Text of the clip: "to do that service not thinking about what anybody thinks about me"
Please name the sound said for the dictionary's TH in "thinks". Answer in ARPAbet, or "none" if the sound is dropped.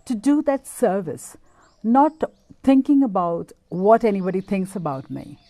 T